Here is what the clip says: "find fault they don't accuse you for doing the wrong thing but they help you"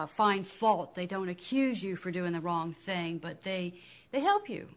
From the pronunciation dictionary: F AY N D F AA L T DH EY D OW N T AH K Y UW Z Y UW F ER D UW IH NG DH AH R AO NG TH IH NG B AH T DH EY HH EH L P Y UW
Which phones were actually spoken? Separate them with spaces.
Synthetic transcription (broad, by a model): F AY N F AA L T DH EY D OW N T AH K Y UW Z Y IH F ER D UW IH NG DH AH R AO NG TH IH NG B AH T DH EY HH EH L P Y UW